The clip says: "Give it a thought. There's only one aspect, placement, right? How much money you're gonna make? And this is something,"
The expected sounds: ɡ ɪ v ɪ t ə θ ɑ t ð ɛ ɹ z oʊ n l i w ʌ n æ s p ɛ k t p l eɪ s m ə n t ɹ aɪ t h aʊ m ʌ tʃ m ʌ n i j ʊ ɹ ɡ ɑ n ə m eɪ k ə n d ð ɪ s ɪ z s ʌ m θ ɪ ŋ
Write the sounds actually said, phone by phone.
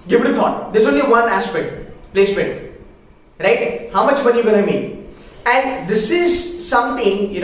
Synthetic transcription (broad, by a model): ɡ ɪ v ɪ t ə t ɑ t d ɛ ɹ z oʊ n l i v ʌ n æ s p ɛ k t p l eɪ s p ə t ɹ aɪ t h aʊ m ʌ tʃ m ʌ n i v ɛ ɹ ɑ ə m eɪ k ə n d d ɪ s ɪ z s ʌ m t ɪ ŋ